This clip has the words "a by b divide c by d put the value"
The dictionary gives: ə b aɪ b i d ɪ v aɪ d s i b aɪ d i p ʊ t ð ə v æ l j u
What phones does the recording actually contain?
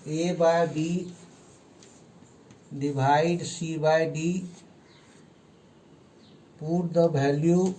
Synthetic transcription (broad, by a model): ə b aɪ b i d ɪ b aɪ d s i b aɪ d i p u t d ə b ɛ l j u